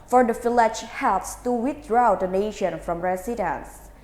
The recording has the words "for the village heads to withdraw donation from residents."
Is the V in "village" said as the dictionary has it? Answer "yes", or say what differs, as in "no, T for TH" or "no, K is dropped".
no, F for V